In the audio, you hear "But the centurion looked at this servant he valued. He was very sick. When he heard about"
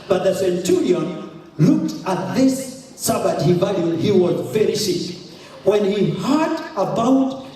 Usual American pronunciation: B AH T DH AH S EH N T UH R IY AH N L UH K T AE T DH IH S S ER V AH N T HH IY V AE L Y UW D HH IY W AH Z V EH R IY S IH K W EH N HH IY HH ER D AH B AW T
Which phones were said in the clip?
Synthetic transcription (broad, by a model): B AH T DH AH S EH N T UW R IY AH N L UH K T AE T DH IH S S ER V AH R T HH IY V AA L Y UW HH IY W AH Z V EH R IY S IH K W EH N HH IY HH ER D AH B AW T